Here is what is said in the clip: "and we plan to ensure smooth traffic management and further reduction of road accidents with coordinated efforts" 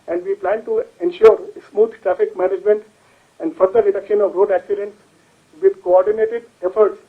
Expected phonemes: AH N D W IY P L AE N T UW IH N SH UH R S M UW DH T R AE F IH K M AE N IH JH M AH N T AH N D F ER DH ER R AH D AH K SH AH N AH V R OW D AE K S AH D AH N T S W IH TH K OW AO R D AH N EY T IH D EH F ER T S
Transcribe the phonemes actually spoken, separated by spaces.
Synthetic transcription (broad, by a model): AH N D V IY P L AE N T UW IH N SH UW R S M UW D T R AE F IH K M AE N IH JH M AH N T AH N D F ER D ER R AH D AH K SH AH N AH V R OW D AE K S AH D AH N T S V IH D K OW AO R D AH N EY T IH D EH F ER T S